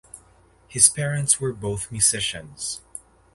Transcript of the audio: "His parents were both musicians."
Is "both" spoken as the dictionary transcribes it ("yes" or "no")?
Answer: yes